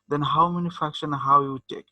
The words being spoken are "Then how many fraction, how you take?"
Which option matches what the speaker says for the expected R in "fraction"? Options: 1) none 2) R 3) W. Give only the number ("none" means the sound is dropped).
1